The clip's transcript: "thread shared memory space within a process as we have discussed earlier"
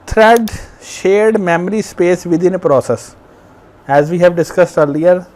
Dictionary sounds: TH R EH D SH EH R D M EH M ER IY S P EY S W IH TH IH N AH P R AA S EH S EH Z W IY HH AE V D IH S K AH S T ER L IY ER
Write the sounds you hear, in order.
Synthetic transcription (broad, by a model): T R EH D SH EH R D M EH M ER IY S P EY S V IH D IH N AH P R AA S EH S EH Z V IY HH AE V D IH S K AH S T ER L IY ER